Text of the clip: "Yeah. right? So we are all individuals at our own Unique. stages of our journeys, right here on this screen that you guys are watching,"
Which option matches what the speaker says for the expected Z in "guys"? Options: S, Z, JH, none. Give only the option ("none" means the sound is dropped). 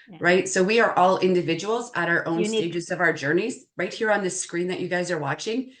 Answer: Z